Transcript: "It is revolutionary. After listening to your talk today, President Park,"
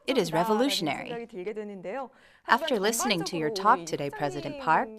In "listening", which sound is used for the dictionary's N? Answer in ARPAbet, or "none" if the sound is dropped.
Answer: N